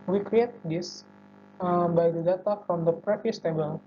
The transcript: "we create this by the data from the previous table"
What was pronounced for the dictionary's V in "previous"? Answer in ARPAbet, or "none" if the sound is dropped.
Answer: F